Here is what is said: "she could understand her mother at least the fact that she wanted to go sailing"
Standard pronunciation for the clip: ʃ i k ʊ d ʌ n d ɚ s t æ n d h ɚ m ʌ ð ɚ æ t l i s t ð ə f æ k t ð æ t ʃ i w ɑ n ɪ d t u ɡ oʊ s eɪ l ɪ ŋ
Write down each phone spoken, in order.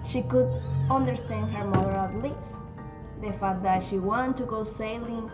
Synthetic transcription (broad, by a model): ʃ i k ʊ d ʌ n d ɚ s t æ n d h ɚ m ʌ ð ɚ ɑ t l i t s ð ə f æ t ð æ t ʃ i w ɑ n t u ɡ oʊ s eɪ l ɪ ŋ